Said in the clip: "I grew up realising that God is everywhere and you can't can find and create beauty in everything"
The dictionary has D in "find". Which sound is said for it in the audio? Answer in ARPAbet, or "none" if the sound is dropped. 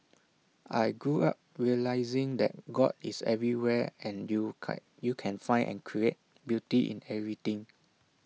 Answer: none